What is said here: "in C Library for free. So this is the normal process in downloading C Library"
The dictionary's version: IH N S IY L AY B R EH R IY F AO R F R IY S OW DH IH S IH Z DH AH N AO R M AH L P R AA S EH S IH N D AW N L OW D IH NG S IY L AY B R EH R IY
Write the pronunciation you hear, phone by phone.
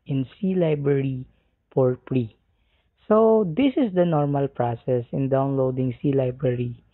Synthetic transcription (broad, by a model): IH N S IY L AY B R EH R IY P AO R P R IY S OW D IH S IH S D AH N AO R M AH L P R AA S EH S IH N D AW N L OW D IH NG S IY L AY B R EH R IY